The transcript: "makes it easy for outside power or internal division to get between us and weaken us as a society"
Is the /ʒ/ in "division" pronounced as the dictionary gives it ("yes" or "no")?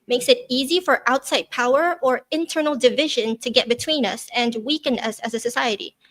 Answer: yes